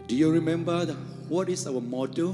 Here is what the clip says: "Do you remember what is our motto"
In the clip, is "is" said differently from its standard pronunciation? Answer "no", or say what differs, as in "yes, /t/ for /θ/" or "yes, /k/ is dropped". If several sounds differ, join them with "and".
yes, /s/ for /z/